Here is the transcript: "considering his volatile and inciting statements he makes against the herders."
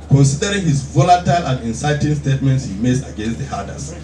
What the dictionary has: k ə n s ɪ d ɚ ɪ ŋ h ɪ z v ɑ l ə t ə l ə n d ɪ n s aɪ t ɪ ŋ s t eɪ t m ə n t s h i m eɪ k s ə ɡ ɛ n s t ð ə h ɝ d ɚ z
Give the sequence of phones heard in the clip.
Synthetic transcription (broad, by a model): k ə n s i d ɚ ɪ ŋ h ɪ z v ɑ l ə t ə l ə n d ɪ n s aɪ t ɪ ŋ s t eɪ t m ə n t s h i m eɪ s ə ɡ ɛ n s t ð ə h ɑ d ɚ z